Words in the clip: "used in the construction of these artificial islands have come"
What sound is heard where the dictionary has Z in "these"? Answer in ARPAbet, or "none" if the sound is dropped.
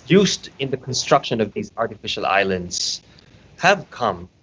Z